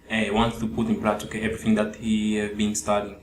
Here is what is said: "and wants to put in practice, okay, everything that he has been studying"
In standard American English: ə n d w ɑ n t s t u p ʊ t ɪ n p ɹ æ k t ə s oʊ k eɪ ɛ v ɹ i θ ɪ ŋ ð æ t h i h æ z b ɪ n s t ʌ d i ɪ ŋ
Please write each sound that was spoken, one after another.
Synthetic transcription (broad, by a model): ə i w ɑ n t s t u p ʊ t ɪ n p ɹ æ t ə oʊ k eɪ ɛ v ɹ i θ ɪ ŋ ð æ t h i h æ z b ɪ n s t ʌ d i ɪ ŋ